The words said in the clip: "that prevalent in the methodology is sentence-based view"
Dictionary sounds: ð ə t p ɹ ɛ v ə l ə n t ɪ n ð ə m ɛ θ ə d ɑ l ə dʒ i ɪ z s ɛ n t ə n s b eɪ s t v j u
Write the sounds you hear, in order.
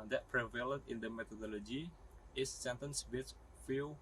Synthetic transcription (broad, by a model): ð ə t p ɹ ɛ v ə l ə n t ɪ n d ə m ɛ t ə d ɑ l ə dʒ i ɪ s ɛ n t ə n s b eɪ t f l